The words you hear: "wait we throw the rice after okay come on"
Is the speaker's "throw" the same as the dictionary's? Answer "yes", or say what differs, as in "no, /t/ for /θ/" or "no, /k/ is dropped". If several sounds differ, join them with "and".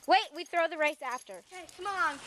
yes